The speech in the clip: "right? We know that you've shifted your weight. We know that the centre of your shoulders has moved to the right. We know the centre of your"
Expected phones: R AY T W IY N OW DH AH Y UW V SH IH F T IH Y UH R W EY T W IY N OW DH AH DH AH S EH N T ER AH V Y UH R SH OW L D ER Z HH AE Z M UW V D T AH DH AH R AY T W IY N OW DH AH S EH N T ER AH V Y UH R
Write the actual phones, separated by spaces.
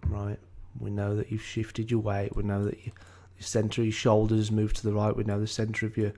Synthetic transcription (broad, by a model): R AY T W IY N OW DH AH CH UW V SH IH F T IH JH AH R W EY T W IY N OW DH AH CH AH S EH N T ER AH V Y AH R SH OW L D ER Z Z M UW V T AH DH AH R AY T W IY N OW DH AH S EH N T ER AH V Y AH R